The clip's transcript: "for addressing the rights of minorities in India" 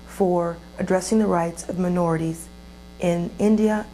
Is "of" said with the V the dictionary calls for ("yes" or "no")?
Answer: yes